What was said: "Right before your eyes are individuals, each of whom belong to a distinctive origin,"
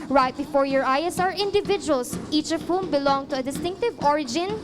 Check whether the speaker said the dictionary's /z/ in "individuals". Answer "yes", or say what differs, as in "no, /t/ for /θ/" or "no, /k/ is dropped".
no, /s/ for /z/